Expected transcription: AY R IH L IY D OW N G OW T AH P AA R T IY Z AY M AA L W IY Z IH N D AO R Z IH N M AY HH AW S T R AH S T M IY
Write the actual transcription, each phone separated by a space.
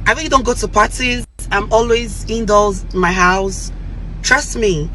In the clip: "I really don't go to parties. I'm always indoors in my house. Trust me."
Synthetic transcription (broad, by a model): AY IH IY D OW N G OW T AH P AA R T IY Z AY M AA L W IY Z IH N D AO L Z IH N M AY HH AW S T R AH S T M IY